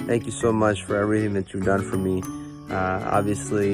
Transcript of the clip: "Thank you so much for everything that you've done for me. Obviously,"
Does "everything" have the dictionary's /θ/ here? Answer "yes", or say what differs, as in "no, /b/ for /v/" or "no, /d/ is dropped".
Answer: yes